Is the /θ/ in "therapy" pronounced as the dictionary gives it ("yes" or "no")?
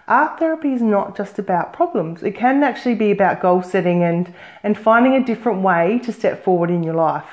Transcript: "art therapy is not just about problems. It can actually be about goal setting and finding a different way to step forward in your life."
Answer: yes